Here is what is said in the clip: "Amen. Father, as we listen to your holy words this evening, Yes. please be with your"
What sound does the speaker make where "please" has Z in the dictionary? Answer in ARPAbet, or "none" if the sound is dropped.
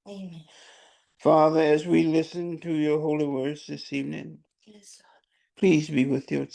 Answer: Z